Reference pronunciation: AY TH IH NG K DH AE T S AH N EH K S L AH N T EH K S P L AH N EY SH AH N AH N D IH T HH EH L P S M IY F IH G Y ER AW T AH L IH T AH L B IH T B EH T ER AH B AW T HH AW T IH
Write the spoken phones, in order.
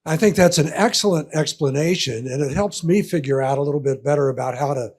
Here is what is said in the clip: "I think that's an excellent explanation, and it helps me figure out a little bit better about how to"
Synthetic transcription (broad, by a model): AY TH IH NG K DH AE T S AH N EH K S L AH N T EH K S P L AH N EY SH AH N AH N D IH T HH EH L P S M IY F IH G Y ER AW T AH L IH T L B IH T B EH T ER AH B AW T HH AW T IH